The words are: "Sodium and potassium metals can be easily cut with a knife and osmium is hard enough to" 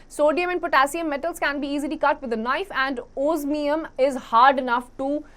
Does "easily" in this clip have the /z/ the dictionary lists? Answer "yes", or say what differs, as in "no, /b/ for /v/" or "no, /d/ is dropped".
yes